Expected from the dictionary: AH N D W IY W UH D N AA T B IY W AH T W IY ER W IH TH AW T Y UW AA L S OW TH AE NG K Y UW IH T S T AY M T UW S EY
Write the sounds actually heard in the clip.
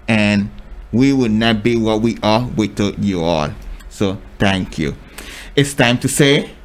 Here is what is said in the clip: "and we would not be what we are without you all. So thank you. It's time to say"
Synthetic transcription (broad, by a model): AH N W IY W UH D N AA T B IY W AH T W IY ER W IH T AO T Y UW AA L S OW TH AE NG K Y UW IH T S T AY M T UW S EY